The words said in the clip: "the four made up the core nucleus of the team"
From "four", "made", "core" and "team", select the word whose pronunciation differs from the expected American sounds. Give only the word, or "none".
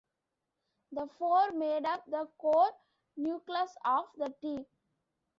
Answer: team